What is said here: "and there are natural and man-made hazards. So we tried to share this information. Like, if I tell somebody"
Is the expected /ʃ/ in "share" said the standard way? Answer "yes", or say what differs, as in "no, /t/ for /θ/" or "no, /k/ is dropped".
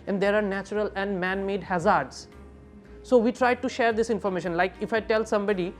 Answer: yes